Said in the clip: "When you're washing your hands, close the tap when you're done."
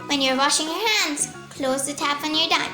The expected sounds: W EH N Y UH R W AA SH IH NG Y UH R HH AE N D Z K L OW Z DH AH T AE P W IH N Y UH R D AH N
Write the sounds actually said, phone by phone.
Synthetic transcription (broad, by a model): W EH N Y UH R W AA SH IH NG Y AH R HH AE N D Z K L OW Z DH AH T AE P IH N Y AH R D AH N